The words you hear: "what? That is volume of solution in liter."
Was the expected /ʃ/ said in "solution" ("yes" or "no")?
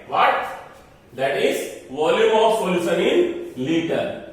no